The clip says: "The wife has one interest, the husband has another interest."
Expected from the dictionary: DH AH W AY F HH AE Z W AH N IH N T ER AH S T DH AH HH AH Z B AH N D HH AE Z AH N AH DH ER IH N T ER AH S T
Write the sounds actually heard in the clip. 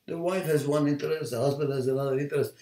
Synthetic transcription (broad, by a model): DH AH W AY F HH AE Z W AH N IH N T ER AH S T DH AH HH AH Z B AH N D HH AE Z AH N AH DH ER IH N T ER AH S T